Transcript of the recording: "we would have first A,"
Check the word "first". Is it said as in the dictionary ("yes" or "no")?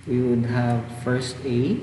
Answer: yes